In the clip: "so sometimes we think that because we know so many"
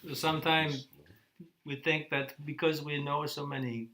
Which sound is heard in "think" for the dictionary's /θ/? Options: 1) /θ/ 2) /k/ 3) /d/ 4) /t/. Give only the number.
1